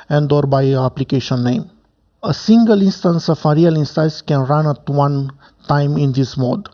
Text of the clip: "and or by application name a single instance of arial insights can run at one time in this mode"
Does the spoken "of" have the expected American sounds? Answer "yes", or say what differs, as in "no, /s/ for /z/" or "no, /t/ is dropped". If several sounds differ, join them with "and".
no, /f/ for /v/